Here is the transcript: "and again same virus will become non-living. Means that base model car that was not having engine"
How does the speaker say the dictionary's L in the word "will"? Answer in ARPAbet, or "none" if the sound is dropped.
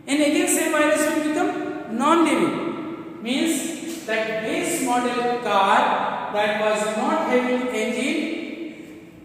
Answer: N